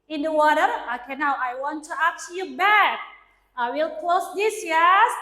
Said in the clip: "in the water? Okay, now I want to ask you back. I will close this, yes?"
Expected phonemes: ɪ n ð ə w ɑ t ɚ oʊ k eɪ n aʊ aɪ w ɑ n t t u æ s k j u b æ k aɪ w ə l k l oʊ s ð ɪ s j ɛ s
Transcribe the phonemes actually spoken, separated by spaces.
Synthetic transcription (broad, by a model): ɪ n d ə w ɑ t ɚ oʊ k eɪ n aʊ aɪ w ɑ n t t u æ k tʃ j u b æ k aɪ w ə l k l oʊ s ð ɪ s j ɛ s